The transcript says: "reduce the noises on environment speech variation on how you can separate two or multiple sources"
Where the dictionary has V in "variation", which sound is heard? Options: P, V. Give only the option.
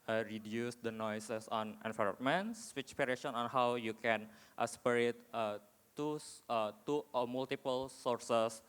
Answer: P